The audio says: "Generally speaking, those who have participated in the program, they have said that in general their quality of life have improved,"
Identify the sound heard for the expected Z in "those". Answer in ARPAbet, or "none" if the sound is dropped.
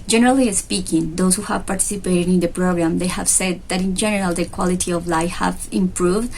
S